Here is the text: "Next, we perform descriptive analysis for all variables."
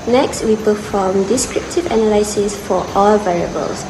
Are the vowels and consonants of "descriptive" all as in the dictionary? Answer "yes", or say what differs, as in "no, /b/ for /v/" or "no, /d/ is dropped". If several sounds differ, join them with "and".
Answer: yes